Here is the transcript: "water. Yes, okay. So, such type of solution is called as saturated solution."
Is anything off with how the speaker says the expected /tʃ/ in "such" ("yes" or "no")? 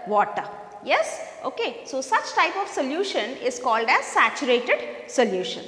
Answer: no